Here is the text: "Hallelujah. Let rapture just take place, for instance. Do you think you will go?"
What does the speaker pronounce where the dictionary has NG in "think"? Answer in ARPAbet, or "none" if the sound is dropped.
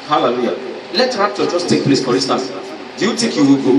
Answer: none